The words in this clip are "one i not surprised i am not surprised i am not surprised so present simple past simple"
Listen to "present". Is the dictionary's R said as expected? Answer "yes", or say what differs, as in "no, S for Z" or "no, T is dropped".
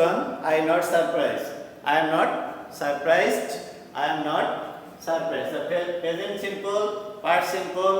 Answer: no, R is dropped